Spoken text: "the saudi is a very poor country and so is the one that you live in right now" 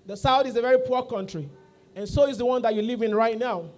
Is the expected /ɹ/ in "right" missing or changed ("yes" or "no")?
no